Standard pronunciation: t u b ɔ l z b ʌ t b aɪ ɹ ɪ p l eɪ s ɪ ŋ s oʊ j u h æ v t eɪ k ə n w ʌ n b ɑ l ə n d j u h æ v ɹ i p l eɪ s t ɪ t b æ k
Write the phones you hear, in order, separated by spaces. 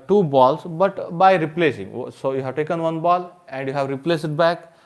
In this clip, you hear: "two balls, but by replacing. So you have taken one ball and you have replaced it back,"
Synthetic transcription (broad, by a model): t u b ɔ l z b ʌ t b aɪ ɹ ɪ p l eɪ s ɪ ŋ s oʊ j u h æ v t eɪ k ə n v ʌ n b ɑ l ə n d j u h æ v ɹ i p l eɪ s ɪ t b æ k